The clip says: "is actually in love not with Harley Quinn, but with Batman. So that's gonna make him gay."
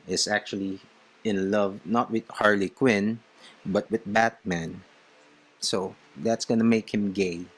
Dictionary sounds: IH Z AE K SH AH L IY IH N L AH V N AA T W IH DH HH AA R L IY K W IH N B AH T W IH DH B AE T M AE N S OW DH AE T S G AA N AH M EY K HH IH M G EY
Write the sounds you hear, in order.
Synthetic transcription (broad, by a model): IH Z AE K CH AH L IY IH N L AH V N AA T W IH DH HH AA R L IY K W IH N B AH T W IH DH B AE T M AE N S OW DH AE T S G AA N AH M EY K HH IH M G EY